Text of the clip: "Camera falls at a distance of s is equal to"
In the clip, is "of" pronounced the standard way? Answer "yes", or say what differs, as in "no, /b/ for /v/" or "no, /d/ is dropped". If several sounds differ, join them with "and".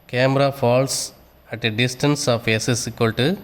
no, /p/ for /v/